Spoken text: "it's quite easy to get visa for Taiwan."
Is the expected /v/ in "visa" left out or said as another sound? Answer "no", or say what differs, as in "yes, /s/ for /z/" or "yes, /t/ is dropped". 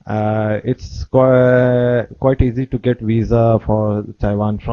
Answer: no